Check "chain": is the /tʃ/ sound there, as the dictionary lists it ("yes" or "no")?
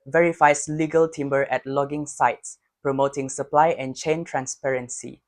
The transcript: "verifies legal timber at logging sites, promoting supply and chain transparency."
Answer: yes